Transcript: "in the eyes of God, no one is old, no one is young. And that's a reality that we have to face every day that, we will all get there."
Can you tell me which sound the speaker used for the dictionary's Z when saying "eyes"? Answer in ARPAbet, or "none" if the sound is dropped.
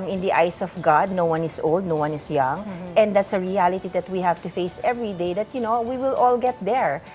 S